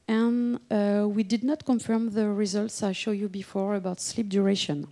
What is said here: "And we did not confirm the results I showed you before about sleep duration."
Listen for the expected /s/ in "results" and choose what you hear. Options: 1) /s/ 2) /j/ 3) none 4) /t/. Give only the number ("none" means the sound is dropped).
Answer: 1